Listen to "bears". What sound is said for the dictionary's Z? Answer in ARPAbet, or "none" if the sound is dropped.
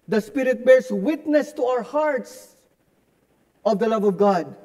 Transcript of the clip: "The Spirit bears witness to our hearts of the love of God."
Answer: S